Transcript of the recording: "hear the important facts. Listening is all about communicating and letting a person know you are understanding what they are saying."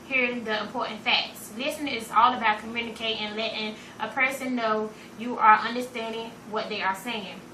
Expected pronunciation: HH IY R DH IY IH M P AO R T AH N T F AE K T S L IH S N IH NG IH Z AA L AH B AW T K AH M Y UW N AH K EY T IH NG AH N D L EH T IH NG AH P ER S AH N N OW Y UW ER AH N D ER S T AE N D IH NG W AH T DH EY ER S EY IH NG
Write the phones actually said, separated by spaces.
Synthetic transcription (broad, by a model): HH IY R DH IY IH M P AO R T N T F AE K T S L IH S IH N IH Z AA L AH B AW T K AH M Y UW N AH K EY T IH NG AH N L EH T IH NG AH P ER S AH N N OW Y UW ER AH N D ER S T AE N D IH NG W AH T DH EY ER S EY IH NG